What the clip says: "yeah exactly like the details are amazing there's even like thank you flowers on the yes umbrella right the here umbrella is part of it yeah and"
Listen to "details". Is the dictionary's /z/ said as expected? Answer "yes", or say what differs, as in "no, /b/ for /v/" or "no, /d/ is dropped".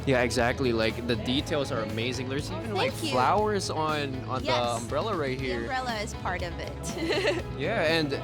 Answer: yes